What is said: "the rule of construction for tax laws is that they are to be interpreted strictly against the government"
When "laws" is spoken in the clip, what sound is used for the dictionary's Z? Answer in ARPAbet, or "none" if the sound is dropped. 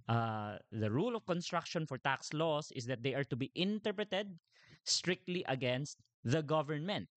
S